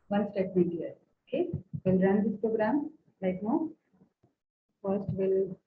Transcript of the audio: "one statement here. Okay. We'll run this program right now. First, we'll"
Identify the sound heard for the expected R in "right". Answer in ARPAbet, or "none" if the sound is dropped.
L